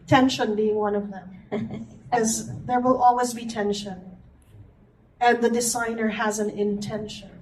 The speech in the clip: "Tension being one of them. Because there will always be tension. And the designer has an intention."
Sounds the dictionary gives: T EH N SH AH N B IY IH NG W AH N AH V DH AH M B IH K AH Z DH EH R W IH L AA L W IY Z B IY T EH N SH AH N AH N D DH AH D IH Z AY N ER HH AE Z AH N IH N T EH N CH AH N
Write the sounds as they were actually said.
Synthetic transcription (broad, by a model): T EH N SH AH N B IY IH NG W AH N AH V DH AH M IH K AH Z DH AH R W IH L AA L W IY Z B IY T EH N SH AH N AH N DH AH D IH Z AY N ER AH Z AH N IH N T EH N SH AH N